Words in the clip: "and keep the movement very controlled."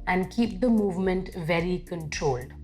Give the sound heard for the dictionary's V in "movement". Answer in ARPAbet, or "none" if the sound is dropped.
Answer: V